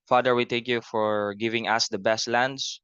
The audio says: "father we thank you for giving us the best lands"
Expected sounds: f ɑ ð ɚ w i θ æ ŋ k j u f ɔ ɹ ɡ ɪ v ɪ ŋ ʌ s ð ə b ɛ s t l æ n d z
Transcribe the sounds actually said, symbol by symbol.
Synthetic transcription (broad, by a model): f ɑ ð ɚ w i t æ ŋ k j u f ɔ ɹ ɡ ɪ v ɪ ŋ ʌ s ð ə b ɛ s t l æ n d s